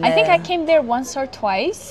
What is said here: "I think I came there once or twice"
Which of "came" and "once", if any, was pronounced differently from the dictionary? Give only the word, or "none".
none